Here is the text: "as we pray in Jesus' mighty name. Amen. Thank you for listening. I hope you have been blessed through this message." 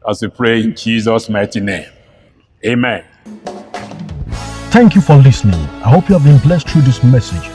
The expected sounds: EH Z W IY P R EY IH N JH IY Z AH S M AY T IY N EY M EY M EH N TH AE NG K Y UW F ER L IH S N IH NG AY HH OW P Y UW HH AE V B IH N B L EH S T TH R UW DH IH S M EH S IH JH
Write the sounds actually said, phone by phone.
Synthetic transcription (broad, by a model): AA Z W IY P R EY IH N JH IY Z AH S M AY T IY N EY M EY M EH N TH AE NG K Y UW F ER L IH S N IH NG AY HH OW P Y UW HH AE V B IH N B L EH S T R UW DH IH S M EH S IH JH